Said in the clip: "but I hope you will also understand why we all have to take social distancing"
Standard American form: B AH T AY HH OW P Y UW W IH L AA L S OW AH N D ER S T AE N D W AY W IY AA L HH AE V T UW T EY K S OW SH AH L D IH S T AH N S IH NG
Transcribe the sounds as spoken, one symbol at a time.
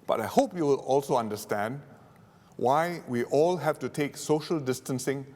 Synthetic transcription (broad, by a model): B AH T AY HH OW P Y UW W IH L AA L S OW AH N D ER S T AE N D W AY W IY AA L HH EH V T UW T EY K S OW SH AH L D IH S T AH N S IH NG